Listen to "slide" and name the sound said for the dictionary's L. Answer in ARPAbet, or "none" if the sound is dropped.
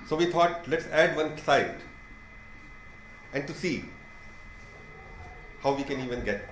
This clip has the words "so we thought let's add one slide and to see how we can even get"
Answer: none